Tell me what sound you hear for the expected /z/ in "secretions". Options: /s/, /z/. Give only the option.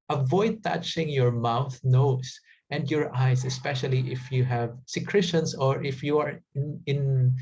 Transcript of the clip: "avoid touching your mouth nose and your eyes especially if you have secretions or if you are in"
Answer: /s/